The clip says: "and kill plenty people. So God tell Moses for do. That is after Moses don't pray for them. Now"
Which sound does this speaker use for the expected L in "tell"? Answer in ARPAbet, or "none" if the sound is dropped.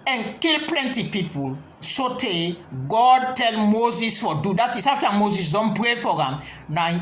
L